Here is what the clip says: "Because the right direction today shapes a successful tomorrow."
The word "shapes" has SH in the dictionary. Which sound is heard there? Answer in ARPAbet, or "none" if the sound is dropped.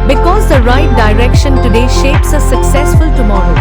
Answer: SH